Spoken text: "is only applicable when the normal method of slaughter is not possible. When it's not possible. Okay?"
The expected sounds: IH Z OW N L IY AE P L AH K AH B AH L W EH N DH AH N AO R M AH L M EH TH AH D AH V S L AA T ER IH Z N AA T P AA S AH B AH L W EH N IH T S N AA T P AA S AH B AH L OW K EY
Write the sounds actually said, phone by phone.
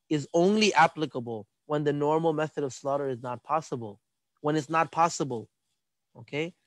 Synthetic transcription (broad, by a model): IH Z OW N L IY AE P L AH K AH B AH L W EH N DH AH N AO R M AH L M EH TH AH D AH V S L AA T ER IH Z N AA T P AA S AH B AH L W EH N IH T S N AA T P AA S AH B AH L OW K EY